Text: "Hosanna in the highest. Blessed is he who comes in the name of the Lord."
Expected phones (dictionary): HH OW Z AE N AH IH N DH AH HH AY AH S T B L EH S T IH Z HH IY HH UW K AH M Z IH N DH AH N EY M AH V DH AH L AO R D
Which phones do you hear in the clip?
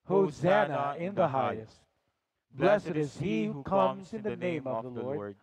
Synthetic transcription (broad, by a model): HH OW Z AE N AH IH N DH AH HH AY AH S T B L EH S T IH Z HH IY HH UW K AH M Z IH N DH AH N EY M AH V DH AH L AO R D